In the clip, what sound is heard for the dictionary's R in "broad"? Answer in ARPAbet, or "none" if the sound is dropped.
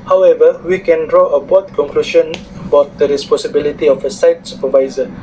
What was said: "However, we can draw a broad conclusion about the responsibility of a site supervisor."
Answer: none